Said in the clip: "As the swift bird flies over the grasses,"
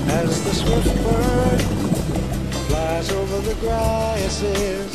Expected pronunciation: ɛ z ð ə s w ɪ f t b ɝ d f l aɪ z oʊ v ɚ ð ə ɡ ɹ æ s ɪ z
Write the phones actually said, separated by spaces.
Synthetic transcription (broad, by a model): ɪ z ð ə s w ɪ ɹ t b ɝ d f l aɪ z oʊ v ɚ ð ə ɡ ɹ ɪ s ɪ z